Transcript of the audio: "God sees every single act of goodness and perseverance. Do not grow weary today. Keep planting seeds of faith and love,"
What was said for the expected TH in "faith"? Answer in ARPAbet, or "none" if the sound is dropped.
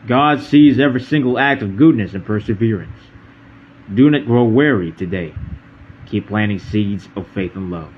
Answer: TH